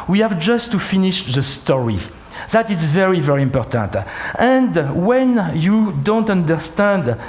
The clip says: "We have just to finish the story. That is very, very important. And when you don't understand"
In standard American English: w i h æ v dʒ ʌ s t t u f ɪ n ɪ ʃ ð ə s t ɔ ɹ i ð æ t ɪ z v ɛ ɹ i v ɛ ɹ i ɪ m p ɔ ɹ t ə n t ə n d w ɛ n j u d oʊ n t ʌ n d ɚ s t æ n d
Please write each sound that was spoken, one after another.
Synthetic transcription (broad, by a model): w i h æ v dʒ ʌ s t t u f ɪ n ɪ ʃ ð ə s t ɔ ɹ i ð æ t ɪ z v ɛ ɹ i v ɛ ɹ i ɪ m p ɔ ɹ t ə n t ə n d w ɛ n j u d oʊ n t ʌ n d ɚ s t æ n d